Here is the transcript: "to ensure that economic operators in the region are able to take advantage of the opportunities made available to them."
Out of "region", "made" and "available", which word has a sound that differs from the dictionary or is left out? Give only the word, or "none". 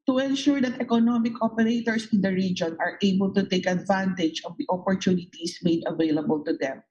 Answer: none